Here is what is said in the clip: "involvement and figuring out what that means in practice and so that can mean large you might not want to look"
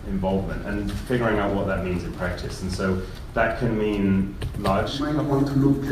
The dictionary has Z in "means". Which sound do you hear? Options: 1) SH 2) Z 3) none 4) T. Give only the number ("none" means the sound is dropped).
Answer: 2